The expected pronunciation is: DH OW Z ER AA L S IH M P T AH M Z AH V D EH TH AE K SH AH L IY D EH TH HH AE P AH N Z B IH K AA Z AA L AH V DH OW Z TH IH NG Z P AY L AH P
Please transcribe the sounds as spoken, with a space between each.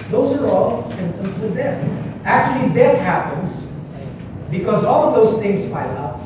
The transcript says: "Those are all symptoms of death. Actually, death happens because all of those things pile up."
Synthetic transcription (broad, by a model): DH OW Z ER AA L S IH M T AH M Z AH V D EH T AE K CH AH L IY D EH T HH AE P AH N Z B IH K AA Z AA L AH V DH OW Z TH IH NG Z F AY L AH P